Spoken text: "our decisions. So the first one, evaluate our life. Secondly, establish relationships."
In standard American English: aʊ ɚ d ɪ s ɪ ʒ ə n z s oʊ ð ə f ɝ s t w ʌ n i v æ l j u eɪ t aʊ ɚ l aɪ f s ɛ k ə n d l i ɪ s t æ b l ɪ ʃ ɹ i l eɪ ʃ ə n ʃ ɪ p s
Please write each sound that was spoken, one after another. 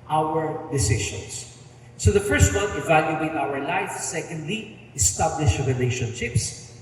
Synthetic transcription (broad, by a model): aʊ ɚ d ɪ s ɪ ʃ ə n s s oʊ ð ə f ɝ s t w ʌ n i v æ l j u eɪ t aʊ ɚ l aɪ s s ɛ k ə n d l i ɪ s t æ b l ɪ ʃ ɹ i l eɪ ʃ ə n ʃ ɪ p s